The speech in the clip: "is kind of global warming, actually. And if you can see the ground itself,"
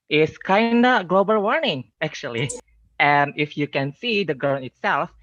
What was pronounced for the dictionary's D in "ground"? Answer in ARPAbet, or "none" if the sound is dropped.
none